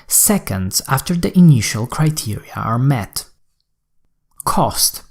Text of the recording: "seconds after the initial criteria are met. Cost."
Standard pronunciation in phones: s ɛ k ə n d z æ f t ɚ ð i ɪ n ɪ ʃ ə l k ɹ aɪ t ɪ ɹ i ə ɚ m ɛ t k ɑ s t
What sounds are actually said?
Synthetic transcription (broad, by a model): s ɛ k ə n d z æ f t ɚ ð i ɪ n ɪ ʃ ə l k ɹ aɪ t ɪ ɹ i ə ɚ m ɛ t k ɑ s t